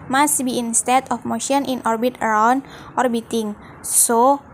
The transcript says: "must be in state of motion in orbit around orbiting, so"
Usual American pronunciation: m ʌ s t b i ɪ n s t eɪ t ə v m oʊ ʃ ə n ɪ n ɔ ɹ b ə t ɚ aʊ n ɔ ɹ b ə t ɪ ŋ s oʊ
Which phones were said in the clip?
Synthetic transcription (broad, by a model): m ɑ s b i ɪ n s t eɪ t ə f m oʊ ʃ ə n ɪ n ɔ ɹ b ə t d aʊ n ɔ ɹ b ə t ɪ ŋ s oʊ